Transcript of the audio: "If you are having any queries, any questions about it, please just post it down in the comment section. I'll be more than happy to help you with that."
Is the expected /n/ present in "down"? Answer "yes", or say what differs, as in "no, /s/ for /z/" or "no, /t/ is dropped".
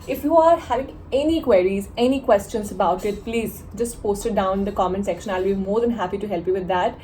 no, /n/ is dropped